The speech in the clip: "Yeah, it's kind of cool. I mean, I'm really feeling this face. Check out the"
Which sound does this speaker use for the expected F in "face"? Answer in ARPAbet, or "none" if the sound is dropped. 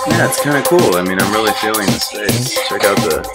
P